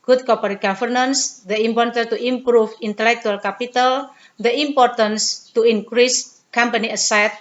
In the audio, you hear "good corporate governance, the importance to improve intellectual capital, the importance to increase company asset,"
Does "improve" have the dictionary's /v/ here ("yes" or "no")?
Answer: no